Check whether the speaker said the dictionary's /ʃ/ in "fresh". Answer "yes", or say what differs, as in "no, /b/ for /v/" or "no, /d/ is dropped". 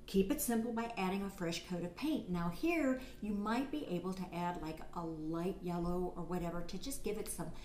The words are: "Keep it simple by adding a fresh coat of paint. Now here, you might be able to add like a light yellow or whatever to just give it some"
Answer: yes